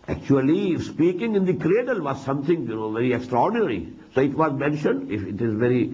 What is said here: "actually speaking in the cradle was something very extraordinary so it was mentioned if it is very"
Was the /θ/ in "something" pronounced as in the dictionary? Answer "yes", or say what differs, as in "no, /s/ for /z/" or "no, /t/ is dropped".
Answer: no, /t/ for /θ/